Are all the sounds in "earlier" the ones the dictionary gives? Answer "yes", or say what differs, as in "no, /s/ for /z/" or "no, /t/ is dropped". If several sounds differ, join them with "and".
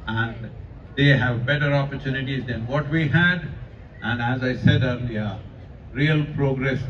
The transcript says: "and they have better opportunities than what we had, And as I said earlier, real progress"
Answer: no, /n/ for /l/